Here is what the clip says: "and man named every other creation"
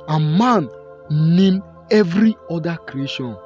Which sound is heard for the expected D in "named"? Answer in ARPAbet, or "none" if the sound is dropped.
none